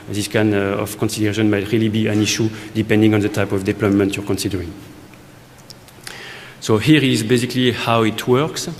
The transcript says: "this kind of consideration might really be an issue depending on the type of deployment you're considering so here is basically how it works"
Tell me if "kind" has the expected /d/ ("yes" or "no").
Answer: no